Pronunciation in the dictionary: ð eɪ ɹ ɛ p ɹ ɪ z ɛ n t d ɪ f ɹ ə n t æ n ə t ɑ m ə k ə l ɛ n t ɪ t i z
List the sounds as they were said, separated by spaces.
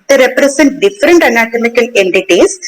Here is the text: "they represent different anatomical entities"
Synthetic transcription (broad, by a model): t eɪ ɹ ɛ p ɹ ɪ s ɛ n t d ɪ f ɹ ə n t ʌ n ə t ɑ m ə k ə l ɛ n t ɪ t i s